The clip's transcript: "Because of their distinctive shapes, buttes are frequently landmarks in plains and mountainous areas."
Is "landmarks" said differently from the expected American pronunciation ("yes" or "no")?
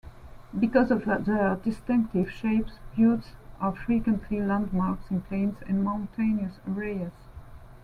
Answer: no